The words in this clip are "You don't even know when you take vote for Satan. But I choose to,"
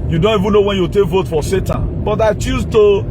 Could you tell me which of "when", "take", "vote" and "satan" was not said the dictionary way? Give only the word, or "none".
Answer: none